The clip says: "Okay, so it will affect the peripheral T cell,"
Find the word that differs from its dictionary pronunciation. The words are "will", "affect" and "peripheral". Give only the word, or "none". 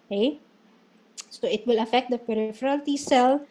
none